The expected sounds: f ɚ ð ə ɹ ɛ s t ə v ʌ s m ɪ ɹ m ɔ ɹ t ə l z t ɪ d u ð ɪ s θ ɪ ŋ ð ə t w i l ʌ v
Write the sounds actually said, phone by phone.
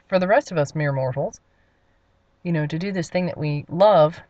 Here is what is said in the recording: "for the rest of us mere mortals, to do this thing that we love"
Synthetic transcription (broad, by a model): f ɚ ð ə ɹ ɛ s t ə v ʌ s m ɪ ɹ m ɔ ɹ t l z t ɪ d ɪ ð ɪ s θ ɪ ŋ ð ə t w i l ʌ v